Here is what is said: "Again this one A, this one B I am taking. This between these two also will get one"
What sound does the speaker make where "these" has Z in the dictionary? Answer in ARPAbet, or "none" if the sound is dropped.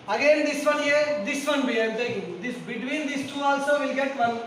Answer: S